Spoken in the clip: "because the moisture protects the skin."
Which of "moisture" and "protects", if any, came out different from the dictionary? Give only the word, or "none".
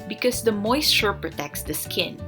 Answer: moisture